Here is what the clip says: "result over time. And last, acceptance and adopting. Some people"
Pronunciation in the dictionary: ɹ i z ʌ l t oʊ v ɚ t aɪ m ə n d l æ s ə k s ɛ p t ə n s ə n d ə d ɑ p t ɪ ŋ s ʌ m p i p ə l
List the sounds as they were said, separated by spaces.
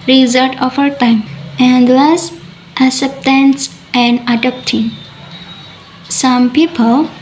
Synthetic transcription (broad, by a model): ɹ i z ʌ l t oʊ f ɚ t aɪ m ə n d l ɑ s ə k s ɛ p t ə n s ə n d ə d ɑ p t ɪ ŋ s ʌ m p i p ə l